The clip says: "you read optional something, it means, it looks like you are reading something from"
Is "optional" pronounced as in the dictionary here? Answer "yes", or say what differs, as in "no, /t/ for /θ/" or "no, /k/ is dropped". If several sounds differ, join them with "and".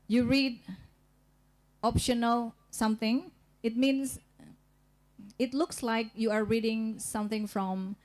yes